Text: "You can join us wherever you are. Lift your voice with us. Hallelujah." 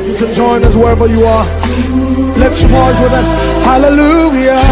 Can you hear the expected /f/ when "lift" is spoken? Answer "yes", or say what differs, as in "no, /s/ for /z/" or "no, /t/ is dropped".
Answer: no, /f/ is dropped